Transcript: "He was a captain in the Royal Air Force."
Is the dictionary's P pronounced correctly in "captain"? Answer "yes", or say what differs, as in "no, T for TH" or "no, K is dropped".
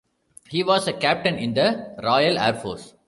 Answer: yes